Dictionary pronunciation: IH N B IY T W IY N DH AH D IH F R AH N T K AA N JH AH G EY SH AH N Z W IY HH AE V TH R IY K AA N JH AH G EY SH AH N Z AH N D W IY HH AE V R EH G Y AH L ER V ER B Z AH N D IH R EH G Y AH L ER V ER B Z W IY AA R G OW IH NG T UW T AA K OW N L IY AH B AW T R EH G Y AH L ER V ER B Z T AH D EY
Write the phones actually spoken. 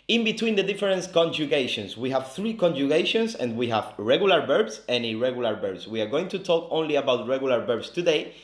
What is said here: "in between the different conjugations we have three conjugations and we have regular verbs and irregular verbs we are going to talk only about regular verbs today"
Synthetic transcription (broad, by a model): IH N B IY T W IY N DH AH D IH F R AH N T K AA N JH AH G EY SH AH N S W IY HH AE V TH R IY K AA N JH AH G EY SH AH N S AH N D W IY HH AE V R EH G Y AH L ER B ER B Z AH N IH R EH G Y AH L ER B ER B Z W IY AA R G OW IH NG T UW T AA K OW N L IY AH B AW T R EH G Y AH L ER B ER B S T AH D EY